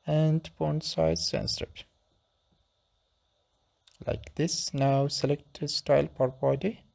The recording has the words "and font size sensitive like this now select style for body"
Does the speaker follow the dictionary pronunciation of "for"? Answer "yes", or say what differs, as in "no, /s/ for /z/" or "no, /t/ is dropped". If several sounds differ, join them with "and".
no, /p/ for /f/